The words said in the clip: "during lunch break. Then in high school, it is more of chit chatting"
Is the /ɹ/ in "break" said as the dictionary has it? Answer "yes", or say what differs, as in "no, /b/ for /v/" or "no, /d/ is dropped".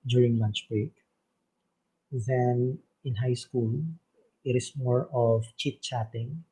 yes